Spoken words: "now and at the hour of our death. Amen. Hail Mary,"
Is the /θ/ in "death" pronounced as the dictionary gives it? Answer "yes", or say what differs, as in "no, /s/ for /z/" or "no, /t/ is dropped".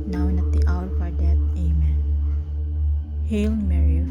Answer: no, /t/ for /θ/